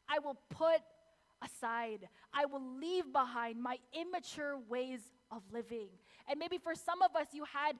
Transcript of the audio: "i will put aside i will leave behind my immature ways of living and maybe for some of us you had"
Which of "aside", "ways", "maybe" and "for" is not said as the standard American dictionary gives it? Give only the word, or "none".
none